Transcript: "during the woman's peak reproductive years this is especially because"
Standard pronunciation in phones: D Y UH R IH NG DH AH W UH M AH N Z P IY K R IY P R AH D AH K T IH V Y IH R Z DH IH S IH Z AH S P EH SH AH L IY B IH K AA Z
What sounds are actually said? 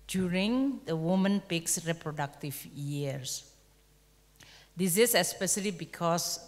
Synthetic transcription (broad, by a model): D Y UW R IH NG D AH W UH M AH N P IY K R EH P R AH D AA K T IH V Y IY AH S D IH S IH S AH S P EH SH AH L IY B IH K AA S